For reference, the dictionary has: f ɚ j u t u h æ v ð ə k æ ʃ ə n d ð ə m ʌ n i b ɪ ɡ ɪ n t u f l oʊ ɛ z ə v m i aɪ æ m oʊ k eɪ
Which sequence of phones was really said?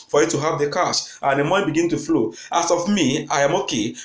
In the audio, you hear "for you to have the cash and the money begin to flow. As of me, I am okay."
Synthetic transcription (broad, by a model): f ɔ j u t u h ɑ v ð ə k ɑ s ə n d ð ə m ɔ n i b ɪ ɡ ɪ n t u f l oʊ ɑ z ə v m i aɪ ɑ m oʊ k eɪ